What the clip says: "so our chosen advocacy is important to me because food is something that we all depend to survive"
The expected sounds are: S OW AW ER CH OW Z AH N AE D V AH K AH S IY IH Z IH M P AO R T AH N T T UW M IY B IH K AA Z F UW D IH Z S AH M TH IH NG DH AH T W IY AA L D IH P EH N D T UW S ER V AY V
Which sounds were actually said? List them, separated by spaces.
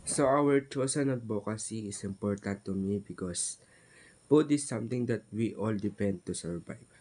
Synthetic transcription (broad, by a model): S OW AW ER CH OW S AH N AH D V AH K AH S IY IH S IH M P AO R T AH N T T UW M IY B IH K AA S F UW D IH S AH M T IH NG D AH T W IY AA L D IH P EH N D T UW S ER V AY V